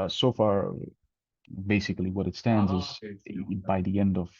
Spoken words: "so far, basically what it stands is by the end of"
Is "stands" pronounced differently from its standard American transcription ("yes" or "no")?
no